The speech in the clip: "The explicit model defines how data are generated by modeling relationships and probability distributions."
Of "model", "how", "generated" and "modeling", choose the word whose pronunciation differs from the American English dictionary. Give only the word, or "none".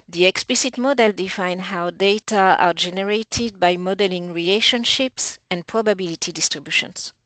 none